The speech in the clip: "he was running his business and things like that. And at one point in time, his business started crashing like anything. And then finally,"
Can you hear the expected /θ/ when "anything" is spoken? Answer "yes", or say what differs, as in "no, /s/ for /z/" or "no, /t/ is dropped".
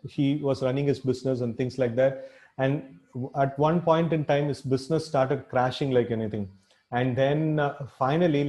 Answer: no, /t/ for /θ/